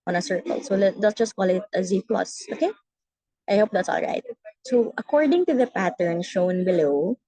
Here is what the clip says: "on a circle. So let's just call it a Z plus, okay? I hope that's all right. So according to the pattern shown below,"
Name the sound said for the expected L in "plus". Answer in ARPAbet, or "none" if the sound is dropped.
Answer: L